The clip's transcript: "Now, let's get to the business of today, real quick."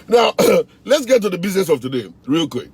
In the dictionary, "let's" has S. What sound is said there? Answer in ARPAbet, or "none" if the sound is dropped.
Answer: S